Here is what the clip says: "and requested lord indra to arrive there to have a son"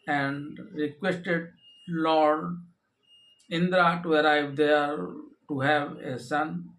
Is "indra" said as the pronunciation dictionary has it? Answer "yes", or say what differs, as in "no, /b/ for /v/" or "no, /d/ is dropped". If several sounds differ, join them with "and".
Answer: yes